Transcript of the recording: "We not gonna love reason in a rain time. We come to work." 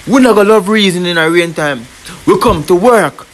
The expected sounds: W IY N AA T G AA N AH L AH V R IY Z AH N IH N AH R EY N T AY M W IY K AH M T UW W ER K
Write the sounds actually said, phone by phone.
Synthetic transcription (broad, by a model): W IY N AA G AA L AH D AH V R IY Z AH N IH N AH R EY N T AY M W IY K AH M T UW W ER K